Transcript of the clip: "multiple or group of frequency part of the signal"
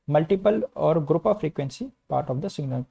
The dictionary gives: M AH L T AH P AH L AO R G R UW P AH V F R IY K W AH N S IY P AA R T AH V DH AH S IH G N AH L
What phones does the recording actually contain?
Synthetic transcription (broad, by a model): M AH L T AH P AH L AO R G R UW P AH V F R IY K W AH N S IY P AA R T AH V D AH S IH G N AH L